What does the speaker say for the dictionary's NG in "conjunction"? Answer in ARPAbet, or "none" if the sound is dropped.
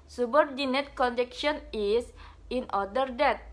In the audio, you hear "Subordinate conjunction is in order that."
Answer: none